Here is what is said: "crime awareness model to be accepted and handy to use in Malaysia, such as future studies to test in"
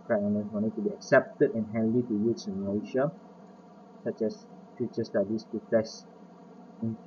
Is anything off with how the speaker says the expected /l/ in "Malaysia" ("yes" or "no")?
yes